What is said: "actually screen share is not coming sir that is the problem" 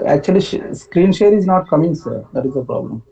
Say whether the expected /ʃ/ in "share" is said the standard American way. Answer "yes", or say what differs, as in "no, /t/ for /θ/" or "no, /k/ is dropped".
yes